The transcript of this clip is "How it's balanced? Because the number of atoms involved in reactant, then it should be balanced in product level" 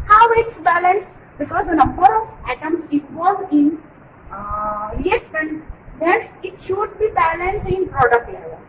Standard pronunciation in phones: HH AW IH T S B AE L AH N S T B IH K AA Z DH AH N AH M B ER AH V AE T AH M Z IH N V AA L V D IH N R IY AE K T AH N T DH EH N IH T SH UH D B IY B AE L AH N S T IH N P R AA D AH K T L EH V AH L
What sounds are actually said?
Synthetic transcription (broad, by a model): HH AW IH T S B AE L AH N S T B IH K AA Z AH N AH M B ER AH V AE T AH M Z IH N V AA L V IH N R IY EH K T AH N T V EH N IH T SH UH D B IY B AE L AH N S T IH N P R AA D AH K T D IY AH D